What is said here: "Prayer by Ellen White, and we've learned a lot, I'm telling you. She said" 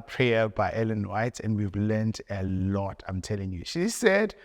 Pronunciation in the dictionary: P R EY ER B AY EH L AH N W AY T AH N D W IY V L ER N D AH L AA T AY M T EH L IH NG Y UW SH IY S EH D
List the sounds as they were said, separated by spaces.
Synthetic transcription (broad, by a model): P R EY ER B AY EH L AH N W AY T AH N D W IY V L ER N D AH L AA T AY M T EH L IH NG Y UW SH IY S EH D